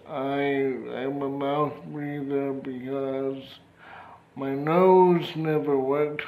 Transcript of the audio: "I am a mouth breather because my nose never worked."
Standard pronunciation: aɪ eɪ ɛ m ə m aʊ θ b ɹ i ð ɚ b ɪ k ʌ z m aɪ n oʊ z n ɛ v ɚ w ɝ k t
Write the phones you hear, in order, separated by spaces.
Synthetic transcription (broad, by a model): aɪ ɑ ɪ m ə m aʊ θ b ɹ i ð ɚ b ɪ k ʌ z m aɪ n oʊ z n ɛ v ɚ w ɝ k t